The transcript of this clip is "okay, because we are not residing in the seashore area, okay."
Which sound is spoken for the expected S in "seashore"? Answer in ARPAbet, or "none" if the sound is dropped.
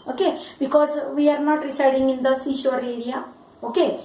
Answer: S